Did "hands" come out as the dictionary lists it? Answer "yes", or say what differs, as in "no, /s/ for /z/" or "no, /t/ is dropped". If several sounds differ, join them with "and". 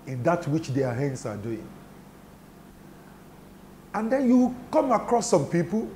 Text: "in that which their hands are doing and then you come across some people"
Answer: no, /s/ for /z/